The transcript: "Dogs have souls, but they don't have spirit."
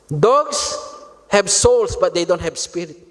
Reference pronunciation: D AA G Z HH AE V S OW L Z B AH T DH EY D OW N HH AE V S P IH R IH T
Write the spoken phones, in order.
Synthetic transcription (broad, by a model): D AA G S HH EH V S OW L S B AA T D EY D OW N HH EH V S P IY R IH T